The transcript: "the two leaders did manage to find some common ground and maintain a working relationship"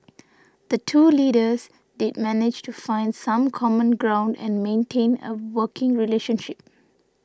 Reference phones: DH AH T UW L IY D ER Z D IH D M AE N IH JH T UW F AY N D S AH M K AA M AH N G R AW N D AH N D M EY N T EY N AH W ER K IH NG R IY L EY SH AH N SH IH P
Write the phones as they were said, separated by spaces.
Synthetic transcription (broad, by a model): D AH T UW L IY D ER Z D IH D M AE N IH JH T UW F AY N D S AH M K AA M AH N G R AW N D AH N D M EY N T EY N AH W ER K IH NG R IY L EY SH AH N SH IH P